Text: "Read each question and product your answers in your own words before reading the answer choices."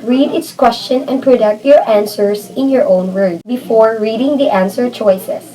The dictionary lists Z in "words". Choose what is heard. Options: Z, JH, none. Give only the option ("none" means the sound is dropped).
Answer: none